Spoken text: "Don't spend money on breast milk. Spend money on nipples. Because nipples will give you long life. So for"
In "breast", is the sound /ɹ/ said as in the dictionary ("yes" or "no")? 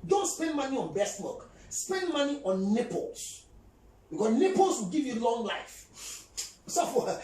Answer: no